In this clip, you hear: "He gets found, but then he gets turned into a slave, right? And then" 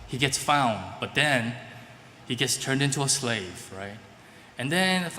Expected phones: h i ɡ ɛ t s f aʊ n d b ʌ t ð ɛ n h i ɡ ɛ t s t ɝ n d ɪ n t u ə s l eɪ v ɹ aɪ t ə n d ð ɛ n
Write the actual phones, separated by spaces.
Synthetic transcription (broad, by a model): h i ɡ ɛ t s f aʊ n d b ʌ t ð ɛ n h i ɡ ɛ t s t ɝ n d ɪ n t u ə s l eɪ v ɹ aɪ t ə n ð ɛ n